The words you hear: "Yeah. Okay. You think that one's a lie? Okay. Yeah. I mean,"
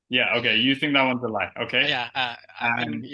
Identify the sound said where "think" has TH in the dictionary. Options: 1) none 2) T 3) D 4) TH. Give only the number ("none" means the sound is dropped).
4